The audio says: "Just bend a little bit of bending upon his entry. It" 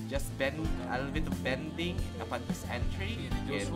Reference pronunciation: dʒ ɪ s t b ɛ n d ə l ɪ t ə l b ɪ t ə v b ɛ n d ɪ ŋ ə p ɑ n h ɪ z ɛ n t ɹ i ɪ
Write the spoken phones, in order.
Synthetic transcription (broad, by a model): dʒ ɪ s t b ɛ n d ə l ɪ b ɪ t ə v b ɛ n d ɪ ŋ ə p ɑ n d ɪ s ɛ n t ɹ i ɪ